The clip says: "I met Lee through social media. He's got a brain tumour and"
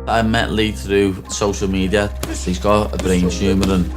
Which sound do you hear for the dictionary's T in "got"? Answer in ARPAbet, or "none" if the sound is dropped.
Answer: none